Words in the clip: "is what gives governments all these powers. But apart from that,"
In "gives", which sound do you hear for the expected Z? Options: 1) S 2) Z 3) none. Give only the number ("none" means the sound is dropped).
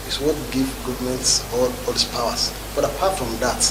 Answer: 3